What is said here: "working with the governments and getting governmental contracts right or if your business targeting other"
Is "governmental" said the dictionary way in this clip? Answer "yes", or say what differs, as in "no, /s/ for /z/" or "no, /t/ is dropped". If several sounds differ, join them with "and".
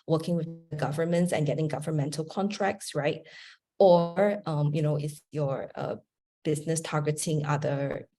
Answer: yes